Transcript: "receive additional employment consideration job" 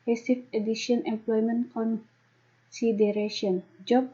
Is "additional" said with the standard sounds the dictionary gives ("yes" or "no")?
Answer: no